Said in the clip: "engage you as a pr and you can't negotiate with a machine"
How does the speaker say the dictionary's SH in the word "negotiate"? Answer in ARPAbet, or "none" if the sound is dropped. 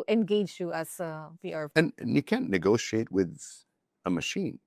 SH